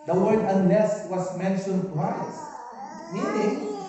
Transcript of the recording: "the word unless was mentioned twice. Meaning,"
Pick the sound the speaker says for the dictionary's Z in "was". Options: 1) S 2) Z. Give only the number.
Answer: 1